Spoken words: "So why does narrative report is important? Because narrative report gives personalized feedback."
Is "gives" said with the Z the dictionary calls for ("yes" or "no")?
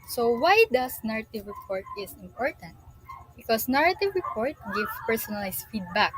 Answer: no